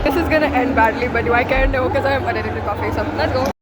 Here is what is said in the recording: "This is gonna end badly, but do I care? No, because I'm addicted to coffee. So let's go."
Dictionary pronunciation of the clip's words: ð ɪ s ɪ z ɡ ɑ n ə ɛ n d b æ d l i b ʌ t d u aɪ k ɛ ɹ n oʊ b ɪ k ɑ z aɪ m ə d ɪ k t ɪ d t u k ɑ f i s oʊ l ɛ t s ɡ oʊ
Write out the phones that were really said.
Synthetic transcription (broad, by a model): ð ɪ s ɪ z ɡ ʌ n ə ɛ n d b æ d l i b ʌ t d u aɪ k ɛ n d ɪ k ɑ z aɪ m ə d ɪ t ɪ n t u k ɑ f i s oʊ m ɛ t ɡ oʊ